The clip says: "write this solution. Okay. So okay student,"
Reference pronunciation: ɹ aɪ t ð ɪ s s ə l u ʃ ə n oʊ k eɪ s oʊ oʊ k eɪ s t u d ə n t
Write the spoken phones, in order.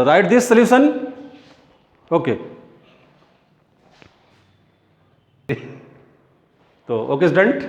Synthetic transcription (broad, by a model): ɹ aɪ t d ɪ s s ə l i s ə n oʊ k eɪ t oʊ oʊ k eɪ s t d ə n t